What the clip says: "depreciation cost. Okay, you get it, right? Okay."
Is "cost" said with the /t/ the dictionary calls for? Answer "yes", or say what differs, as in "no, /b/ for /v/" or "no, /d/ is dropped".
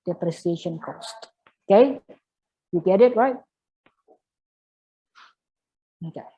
yes